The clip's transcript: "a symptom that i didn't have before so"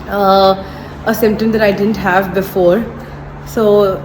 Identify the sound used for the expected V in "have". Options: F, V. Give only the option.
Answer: V